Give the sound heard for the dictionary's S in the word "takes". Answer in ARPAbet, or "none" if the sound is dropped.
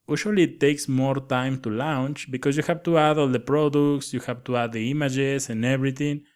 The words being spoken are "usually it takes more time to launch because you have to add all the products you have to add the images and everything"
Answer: S